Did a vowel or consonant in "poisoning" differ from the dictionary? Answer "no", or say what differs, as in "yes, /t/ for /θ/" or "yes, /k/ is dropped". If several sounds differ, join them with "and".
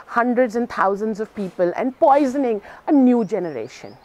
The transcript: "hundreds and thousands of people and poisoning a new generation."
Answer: no